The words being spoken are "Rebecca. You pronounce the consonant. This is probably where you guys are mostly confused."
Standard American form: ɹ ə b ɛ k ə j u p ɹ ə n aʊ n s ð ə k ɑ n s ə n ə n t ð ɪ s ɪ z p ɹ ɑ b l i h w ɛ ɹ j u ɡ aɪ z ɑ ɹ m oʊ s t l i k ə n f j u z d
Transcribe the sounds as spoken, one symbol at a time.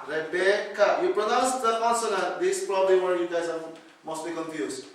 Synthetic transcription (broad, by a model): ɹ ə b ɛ k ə j u p ɹ ə n aʊ n s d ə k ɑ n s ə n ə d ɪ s p ɹ ɑ b l i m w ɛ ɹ j u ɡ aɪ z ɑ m m oʊ s t l i k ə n f j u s